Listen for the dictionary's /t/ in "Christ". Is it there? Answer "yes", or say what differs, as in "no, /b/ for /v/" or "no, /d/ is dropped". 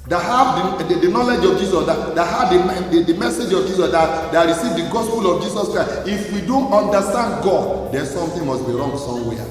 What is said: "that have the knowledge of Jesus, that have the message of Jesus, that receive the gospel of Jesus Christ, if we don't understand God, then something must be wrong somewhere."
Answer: no, /t/ is dropped